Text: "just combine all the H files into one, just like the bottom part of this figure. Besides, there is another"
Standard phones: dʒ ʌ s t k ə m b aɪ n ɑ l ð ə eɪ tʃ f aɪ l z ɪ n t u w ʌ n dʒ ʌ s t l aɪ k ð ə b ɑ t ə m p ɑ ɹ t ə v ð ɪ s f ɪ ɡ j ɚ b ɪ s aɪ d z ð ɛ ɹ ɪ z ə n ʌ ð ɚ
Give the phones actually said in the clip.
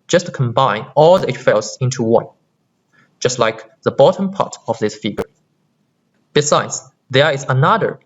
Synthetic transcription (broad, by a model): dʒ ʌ s t k ə m b aɪ n ɑ l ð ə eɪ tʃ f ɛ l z ɪ n t u w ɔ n dʒ ʌ s t l aɪ k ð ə b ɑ t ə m p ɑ t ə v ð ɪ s f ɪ ɡ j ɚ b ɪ s aɪ d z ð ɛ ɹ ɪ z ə n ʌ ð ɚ